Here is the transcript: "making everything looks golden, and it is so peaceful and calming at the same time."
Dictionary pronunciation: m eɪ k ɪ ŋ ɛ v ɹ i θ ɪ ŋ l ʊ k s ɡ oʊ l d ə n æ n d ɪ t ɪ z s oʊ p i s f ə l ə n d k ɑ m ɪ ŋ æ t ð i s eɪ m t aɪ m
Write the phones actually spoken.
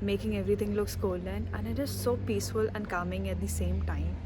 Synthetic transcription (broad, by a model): m eɪ k ɪ ŋ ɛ v ɹ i t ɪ ŋ l ʊ k s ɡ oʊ l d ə n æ n ɪ t ɪ z s oʊ p i s f ə l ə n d k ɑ m ɪ ŋ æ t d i s eɪ m t aɪ m